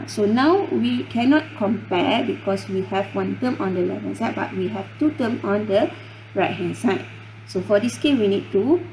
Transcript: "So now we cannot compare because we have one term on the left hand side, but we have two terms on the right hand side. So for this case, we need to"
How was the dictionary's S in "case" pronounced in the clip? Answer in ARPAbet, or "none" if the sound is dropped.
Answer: none